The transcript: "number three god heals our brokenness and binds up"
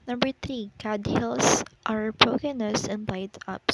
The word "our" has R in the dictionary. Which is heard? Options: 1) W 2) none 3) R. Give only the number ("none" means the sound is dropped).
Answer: 3